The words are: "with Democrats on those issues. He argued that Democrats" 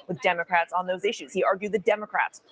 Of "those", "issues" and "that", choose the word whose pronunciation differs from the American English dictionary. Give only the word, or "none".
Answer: none